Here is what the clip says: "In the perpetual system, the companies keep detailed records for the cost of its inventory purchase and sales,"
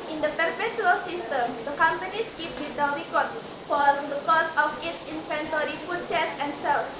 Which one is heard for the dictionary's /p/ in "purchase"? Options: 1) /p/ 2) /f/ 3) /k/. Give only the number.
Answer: 2